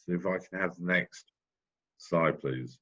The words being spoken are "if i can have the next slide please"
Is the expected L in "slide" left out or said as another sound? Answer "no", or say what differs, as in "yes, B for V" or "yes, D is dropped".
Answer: yes, L is dropped